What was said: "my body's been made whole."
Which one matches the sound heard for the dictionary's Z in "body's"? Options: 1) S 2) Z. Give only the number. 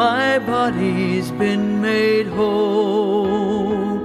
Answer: 2